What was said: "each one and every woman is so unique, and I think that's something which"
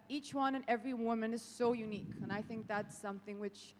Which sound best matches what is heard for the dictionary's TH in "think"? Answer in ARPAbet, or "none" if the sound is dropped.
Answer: TH